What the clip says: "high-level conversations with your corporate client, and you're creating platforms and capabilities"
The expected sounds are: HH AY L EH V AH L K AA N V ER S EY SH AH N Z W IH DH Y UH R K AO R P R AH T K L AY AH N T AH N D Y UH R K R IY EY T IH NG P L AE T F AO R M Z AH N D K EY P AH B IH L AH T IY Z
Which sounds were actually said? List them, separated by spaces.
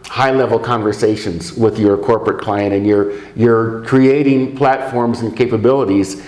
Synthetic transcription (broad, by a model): HH AY L EH V L K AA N V ER S EY SH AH N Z W IH DH Y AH R K AO R P R AH T K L AY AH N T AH N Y Y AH R K R IY EY T IH NG P L AE T F AO R M Z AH N K EY P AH B IH L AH T IY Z